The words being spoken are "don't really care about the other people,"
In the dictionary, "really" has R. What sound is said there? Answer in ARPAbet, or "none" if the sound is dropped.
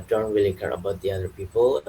W